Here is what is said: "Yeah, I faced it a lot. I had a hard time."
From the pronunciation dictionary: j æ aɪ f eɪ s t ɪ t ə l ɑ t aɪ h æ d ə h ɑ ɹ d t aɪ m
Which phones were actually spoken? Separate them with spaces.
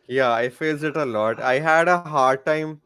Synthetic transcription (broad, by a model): j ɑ aɪ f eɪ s ɪ t ə l ɑ t aɪ h æ d ə h ɑ ɹ d t aɪ m